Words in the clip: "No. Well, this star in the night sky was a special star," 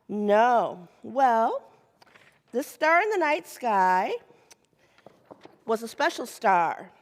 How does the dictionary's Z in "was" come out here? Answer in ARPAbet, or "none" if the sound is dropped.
Z